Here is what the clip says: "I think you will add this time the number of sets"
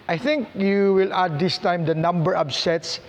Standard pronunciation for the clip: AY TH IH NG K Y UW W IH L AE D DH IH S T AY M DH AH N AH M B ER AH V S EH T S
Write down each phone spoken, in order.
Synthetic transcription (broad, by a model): AY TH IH NG K Y UW W IH L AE D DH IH S T AY M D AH N AH M B ER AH B S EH T S